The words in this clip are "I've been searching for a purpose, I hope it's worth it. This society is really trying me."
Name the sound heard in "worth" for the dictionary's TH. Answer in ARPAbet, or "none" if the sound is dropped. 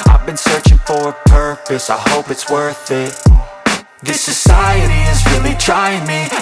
TH